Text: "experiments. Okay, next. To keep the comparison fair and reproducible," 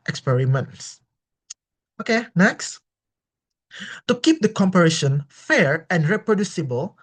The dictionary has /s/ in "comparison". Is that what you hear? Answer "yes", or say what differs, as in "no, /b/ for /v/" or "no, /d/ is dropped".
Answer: no, /ʃ/ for /s/